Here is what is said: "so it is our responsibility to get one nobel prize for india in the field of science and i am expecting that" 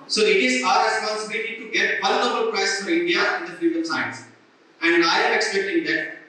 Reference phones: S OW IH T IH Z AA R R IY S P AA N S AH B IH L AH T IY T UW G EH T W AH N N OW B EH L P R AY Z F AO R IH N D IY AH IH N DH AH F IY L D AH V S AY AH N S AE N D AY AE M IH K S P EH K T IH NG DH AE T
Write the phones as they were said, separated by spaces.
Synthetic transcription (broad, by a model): S OW IH T IH Z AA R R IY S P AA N S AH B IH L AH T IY T UW G EH T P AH L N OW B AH L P R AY S F AO R IH N D IY AH IH N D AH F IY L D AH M S AY AH N S AE N D AY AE M IH K S P EH K T IH NG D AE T